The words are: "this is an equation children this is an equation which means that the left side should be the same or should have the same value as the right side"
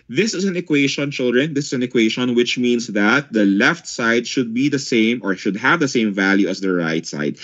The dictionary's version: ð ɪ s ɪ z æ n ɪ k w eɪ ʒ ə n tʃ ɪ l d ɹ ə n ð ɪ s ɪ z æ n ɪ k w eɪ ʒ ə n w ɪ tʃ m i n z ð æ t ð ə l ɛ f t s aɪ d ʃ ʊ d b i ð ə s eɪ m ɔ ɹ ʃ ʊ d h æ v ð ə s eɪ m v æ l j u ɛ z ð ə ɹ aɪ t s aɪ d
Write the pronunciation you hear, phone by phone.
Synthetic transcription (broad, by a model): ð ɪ s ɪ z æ n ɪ k w eɪ ʃ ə n tʃ ɪ l d ɹ ə n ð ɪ s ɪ s æ n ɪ k w eɪ ʃ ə n w ɪ tʃ m i n s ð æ t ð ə l ɛ f t s aɪ d ʃ ʊ d b i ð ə s eɪ m ɔ ɹ ʃ ʊ d h æ v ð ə s eɪ m v æ l j u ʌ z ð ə ɹ aɪ t s aɪ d